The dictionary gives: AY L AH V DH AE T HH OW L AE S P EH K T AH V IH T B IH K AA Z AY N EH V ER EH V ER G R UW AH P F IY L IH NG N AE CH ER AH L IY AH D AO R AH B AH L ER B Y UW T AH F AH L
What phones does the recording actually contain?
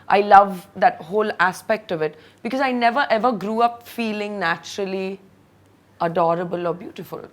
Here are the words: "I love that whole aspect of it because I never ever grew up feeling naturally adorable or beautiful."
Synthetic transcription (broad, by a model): AY L AH V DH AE T HH OW L AE S P EH K T AH V IH T B IH K AA Z AY N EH V ER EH V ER G R UW AH P F IY L IH NG N AE CH ER AH L IY AH D AO R AH B AH L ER B Y UW T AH F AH L